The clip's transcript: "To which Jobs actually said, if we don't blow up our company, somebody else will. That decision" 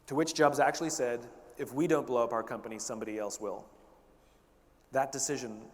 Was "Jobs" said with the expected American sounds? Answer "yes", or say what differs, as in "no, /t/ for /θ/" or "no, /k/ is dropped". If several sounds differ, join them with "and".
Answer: yes